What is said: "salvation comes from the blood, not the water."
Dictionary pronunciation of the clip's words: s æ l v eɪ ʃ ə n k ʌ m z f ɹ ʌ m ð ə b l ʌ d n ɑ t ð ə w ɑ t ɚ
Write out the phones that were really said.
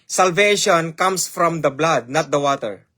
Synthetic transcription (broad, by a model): s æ l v eɪ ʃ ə n k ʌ m s f ɹ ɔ m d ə b l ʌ d n ɑ t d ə w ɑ t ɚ